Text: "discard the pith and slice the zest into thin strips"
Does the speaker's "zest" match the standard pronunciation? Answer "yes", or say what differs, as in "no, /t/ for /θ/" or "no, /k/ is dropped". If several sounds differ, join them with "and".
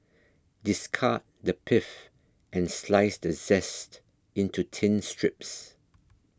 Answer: yes